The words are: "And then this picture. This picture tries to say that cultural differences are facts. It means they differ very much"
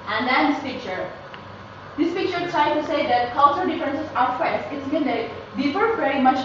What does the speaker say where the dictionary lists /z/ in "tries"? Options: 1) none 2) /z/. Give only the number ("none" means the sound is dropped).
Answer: 1